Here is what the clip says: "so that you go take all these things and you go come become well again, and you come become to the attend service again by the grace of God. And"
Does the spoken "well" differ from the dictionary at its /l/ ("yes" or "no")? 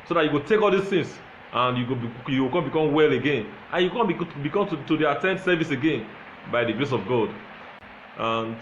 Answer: no